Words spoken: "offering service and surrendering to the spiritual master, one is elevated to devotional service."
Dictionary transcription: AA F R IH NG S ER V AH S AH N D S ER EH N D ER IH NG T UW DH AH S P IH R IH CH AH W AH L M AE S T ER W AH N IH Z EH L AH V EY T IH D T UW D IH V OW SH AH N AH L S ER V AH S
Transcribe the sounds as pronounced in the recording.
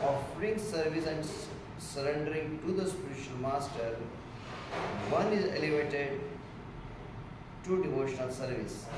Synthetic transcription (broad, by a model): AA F R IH NG S ER V AH S AH N D S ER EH N D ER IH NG T UW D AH S P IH R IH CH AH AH L M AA S T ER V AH N IH Z EH L AH V EY T IH D T UW D IH V OW SH AH N AH L S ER V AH S